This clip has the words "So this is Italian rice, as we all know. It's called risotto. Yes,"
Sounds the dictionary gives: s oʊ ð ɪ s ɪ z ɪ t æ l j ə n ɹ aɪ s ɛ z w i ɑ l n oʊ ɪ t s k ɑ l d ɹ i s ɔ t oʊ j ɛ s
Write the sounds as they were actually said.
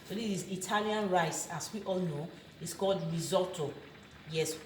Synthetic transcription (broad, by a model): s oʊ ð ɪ ɪ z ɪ t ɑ l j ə n ɹ aɪ s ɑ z w i ɑ l n oʊ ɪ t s k ɑ l d ɹ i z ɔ t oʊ j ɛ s